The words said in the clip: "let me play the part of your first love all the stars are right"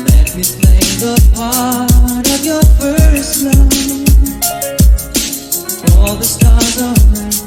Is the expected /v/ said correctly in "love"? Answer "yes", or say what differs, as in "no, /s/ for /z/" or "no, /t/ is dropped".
no, /v/ is dropped